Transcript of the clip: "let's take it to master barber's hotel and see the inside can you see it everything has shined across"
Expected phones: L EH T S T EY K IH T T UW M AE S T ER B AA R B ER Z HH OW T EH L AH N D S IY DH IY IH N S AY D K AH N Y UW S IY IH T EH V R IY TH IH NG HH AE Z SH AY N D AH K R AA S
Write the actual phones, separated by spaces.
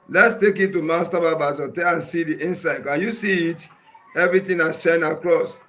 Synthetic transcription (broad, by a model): L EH T S T EY K IH T T UW M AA S T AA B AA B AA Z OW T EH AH N S IY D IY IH N S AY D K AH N Y UW S IY IH T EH V R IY T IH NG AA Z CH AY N AH K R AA S